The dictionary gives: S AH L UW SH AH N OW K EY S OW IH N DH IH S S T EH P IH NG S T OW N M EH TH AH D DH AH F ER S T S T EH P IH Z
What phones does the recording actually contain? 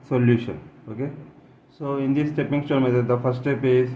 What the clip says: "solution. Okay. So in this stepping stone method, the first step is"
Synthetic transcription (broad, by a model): S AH L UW SH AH N OW K EY S OW IH N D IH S S T EH P IH NG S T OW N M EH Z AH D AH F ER T S T EH P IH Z